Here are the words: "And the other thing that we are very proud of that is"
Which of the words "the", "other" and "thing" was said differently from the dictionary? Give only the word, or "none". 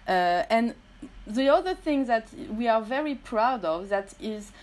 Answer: none